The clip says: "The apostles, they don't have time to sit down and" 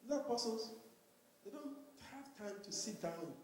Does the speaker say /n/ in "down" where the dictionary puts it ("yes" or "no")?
no